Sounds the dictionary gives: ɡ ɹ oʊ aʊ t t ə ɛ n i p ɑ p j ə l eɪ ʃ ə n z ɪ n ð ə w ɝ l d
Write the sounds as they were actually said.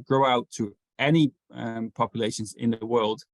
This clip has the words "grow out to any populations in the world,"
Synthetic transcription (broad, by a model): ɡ ɹ oʊ aʊ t t ə ɛ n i p ɑ p j ə l eɪ ʃ ə n z ɪ n ð ə w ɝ l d